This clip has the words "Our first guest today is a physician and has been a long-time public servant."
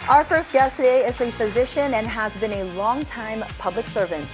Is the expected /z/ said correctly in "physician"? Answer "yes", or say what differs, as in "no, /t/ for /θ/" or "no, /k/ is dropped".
yes